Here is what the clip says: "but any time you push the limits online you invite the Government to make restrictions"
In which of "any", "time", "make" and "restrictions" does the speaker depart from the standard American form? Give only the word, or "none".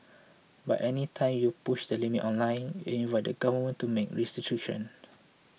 restrictions